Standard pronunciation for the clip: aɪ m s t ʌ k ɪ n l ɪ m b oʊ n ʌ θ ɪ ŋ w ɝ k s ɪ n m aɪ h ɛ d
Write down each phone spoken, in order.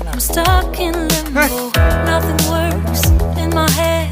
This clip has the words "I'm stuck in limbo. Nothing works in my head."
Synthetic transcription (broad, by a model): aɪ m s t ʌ k ɪ n l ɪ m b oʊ n ʌ θ ɪ ŋ w ɝ s ɪ n m aɪ h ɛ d